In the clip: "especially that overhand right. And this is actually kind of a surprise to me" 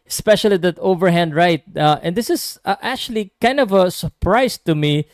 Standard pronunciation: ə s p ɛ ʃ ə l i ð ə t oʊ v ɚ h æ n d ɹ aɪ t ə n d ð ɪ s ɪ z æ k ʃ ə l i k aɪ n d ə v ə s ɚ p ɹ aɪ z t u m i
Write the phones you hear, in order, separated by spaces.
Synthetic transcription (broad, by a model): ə s p ɛ ʃ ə l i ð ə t oʊ v ɚ h æ n d ɹ aɪ t ə n d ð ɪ s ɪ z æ k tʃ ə l i k aɪ n d ə v ə s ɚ p ɹ aɪ s t u m i